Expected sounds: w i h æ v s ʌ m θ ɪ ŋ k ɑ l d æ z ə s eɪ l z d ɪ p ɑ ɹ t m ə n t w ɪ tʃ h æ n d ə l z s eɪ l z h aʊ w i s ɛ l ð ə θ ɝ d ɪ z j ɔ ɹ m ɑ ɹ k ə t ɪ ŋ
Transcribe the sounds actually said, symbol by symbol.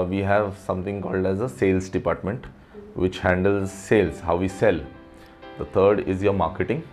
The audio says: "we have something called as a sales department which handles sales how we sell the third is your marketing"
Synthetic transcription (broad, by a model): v i h æ v s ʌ m t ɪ ŋ k ɑ l d æ z ə s eɪ l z d ɪ p ɑ ɹ t m ə n t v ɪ tʃ h æ n d ə l z s eɪ l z h aʊ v i s ɛ l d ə t ɝ d ɪ z j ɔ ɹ m ɑ ɹ k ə t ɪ ŋ